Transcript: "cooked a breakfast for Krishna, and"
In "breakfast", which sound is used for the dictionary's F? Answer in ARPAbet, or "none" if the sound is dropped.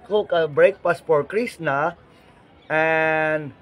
P